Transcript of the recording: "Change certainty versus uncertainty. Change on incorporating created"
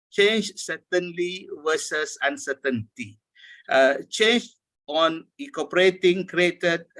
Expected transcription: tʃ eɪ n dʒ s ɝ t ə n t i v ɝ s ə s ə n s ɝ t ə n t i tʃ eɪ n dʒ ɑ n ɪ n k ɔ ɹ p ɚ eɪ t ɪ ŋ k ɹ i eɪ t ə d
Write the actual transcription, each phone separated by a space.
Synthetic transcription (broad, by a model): tʃ eɪ n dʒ s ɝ t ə n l i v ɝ s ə s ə n s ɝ t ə n t i tʃ eɪ n dʒ ɑ n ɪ k ɔ p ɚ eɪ t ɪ ŋ k ɹ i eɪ t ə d